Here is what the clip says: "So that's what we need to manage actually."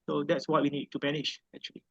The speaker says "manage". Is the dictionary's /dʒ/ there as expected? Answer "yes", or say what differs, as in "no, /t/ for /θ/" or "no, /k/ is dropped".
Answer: no, /ʃ/ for /dʒ/